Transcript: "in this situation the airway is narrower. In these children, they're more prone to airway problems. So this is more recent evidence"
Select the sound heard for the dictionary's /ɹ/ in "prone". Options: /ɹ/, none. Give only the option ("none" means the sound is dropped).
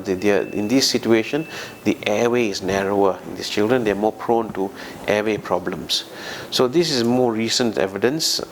/ɹ/